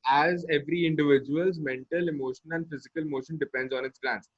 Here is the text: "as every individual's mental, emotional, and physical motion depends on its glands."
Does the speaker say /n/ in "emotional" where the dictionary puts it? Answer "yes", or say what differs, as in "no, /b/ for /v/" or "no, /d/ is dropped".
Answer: no, /n/ is dropped